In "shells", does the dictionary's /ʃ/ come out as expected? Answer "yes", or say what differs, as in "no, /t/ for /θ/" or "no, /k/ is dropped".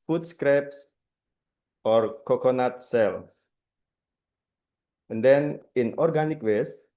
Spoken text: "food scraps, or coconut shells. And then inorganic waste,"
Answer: no, /s/ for /ʃ/